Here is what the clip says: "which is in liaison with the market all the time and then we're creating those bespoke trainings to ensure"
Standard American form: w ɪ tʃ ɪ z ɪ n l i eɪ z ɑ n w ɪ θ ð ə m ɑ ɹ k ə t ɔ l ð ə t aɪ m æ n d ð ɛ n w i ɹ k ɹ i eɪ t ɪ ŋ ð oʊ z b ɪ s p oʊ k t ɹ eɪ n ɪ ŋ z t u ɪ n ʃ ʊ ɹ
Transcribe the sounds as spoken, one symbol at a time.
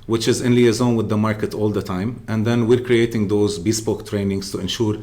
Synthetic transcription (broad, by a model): w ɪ tʃ ɪ z ɪ n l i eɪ z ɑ n w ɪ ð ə m ɑ ɹ k ə t ɔ l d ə t aɪ m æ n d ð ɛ n w i ɹ k ɹ i eɪ t ɪ ŋ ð oʊ z b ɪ s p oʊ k t ɹ eɪ n ɪ ŋ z t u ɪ n ʃ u ɹ